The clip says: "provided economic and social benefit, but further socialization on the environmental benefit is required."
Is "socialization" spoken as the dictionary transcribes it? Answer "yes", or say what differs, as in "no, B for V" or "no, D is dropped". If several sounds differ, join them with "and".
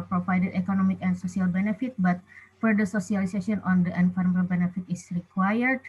no, S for SH and S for Z and N is dropped